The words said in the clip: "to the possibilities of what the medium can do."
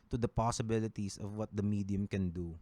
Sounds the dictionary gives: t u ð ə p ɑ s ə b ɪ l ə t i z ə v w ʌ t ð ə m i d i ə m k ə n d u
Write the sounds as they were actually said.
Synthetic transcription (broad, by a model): t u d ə p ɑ s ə b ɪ l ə t i s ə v w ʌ t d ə m i d i ə m k ə n d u